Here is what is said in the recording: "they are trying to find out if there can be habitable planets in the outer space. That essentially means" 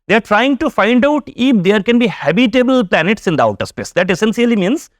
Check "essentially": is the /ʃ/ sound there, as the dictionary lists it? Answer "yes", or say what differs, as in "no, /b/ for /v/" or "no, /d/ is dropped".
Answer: no, /s/ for /ʃ/